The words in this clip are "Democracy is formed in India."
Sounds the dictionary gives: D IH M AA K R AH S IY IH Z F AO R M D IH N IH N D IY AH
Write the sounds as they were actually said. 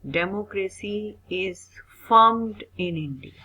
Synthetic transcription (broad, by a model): D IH M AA K R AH S IY IH Z F AO R M D IH N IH N D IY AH